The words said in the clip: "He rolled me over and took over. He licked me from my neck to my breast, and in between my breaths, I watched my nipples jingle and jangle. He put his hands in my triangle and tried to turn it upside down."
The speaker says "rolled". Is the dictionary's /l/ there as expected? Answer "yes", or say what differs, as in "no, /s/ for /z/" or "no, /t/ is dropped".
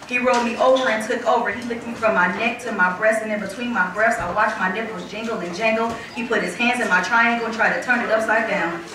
no, /l/ is dropped